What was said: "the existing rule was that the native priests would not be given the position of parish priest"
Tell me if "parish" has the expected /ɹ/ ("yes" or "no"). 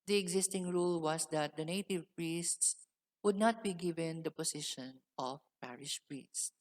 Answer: yes